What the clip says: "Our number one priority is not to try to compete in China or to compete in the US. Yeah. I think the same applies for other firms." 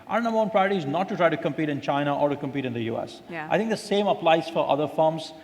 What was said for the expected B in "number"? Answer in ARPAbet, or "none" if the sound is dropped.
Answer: none